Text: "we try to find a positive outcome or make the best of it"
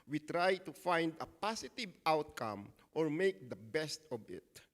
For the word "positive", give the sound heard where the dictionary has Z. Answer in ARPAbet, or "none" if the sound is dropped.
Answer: S